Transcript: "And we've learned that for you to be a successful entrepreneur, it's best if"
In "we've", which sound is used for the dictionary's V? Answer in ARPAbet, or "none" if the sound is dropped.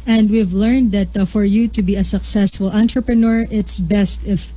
V